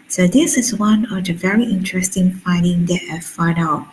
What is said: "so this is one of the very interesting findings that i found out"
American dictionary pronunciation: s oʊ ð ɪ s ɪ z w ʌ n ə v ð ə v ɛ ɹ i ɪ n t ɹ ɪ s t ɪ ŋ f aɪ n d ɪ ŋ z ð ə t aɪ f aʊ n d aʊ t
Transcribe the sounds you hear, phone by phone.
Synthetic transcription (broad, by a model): s oʊ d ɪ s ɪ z w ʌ n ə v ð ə v ɛ ɹ i ɪ n t ɹ ɪ s t ɪ ŋ f aɪ n d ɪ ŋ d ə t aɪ f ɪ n aʊ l